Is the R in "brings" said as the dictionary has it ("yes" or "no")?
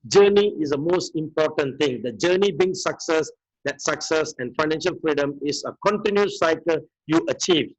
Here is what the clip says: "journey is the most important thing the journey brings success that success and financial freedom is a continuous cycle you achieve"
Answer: no